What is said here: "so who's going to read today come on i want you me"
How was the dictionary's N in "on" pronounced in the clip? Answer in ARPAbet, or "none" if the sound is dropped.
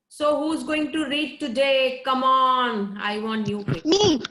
N